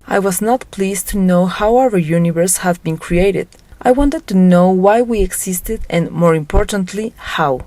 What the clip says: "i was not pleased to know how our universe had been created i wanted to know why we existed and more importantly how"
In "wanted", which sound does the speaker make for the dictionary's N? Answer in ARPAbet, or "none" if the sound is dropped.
N